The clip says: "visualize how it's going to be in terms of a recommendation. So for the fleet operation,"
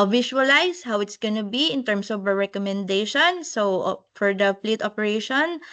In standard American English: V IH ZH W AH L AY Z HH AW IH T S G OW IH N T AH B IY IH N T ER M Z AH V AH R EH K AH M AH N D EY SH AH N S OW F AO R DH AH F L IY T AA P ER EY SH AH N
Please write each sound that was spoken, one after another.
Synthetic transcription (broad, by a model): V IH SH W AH L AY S HH AW IH T S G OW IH N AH B IY IH N T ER M S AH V AH R EH K AH M AH N D EY SH AH N S OW F AO R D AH P L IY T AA P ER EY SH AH N